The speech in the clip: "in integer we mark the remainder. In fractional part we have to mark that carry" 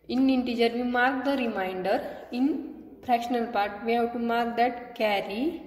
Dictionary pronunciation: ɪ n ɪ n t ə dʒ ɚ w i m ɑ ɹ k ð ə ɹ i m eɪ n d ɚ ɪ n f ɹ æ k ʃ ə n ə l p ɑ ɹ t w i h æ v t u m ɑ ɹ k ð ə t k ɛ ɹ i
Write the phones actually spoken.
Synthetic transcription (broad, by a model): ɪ n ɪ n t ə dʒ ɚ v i m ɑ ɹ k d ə ɹ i m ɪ n d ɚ ɪ n p ɹ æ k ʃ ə n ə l p ɑ ɹ t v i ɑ w t u m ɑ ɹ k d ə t k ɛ ɹ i